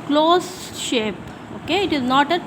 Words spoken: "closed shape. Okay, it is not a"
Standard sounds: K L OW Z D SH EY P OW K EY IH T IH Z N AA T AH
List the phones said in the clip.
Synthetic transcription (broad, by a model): K L OW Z SH EY P OW K EY IH T IH Z N AA T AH